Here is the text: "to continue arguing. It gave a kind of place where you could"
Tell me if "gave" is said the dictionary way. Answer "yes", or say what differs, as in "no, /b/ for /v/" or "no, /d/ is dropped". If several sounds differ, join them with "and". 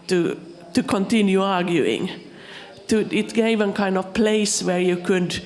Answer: yes